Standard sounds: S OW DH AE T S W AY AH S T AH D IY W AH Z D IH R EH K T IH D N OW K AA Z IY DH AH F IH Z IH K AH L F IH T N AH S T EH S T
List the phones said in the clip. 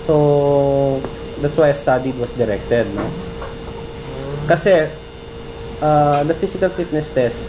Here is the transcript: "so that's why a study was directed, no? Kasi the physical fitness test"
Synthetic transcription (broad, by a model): S OW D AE T S W AY AH S T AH D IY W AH S D IH R EH K T IH D N OW K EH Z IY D AH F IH S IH K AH L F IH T N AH S T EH S